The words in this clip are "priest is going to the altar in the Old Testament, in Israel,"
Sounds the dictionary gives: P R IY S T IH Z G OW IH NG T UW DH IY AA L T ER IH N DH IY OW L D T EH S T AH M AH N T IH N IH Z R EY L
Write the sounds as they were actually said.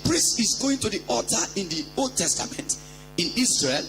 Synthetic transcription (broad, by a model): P R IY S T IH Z G OW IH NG T UW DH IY AA T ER IH N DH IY OW L D T EH S T AH M AH N T IH N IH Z R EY L